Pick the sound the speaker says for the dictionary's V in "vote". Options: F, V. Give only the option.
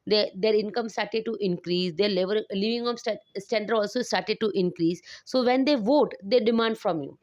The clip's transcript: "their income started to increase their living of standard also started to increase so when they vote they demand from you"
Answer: V